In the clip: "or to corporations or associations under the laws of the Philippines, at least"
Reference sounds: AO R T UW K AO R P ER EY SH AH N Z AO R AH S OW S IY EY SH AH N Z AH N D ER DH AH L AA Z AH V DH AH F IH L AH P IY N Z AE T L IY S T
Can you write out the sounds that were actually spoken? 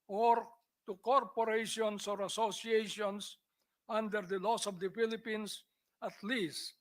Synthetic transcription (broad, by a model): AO R T UW K AO R P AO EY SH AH N S AO R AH S OW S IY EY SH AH N S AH N D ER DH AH L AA S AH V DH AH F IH L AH P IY N S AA T L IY S T